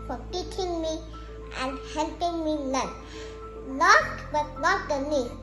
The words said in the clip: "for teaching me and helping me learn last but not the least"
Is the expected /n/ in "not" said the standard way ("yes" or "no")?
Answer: no